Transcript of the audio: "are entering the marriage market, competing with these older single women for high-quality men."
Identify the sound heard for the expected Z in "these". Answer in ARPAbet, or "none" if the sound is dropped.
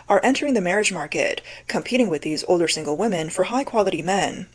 Z